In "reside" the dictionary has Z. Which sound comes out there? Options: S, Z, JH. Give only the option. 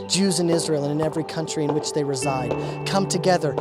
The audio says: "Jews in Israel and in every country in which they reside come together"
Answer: Z